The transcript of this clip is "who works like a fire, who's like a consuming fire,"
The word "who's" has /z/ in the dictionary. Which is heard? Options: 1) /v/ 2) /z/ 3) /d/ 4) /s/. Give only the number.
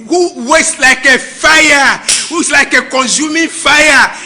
4